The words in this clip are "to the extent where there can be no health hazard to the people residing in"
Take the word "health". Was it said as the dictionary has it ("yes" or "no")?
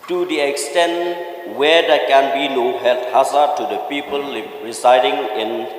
no